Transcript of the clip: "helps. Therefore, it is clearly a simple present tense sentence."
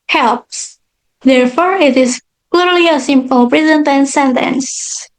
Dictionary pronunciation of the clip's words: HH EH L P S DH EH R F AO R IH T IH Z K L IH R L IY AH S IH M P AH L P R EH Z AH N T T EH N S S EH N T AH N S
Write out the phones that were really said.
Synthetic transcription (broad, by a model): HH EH L P S DH EH R F AO R IH T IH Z K L IH R L IY AH S IH M P AH L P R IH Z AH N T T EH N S S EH N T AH N S